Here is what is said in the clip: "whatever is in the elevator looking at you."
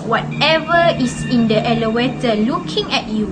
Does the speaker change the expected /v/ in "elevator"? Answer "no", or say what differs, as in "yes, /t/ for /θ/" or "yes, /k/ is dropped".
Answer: yes, /w/ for /v/